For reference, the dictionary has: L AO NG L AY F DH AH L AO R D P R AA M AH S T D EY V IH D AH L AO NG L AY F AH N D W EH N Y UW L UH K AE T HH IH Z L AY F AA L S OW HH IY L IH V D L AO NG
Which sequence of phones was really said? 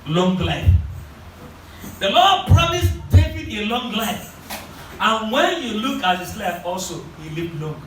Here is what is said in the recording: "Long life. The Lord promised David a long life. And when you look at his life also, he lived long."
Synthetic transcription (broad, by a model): L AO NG L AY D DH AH L AO D P R AA M AH S T EY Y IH AH L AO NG L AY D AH N W EH N Y UW L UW K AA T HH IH S L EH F AA L S OW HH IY L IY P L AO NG